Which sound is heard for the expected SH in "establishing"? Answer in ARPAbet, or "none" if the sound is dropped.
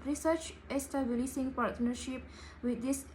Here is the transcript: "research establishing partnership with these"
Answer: S